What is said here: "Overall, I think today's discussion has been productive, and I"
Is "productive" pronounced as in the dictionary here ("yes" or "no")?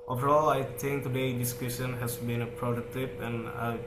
no